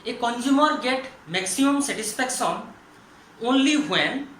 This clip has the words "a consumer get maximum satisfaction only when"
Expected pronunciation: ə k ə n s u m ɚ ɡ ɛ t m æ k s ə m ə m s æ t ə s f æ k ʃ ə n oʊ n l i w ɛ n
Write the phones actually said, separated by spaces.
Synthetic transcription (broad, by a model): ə k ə n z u m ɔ ɡ ɛ t m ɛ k s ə m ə m s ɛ t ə s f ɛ k s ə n oʊ n l i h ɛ n